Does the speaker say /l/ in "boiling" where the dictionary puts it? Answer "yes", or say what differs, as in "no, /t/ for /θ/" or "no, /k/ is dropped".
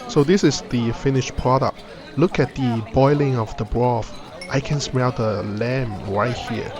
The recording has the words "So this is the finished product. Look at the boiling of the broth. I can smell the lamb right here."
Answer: yes